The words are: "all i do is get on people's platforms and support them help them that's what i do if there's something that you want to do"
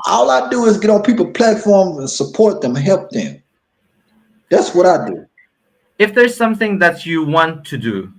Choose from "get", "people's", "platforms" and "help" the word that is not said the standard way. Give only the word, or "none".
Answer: people's